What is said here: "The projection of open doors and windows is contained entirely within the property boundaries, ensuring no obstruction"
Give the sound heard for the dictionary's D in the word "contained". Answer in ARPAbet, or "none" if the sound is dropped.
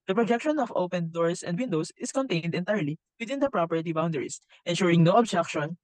D